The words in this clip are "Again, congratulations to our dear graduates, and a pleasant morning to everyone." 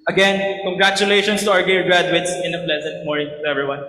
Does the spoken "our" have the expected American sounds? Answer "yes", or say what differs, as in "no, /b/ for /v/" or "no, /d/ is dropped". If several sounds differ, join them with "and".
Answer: yes